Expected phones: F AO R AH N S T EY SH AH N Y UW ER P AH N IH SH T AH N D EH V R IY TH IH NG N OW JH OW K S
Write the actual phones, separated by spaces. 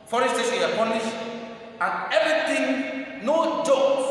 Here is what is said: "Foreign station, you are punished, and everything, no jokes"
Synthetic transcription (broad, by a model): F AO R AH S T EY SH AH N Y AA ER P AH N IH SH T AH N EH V R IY T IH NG N OW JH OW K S